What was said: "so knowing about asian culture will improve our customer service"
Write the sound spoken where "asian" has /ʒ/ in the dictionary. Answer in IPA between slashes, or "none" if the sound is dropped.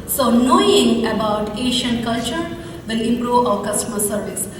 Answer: /ʃ/